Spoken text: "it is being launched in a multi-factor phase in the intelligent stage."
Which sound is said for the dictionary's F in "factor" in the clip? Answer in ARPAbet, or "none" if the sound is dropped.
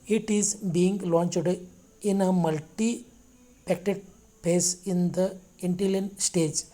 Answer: P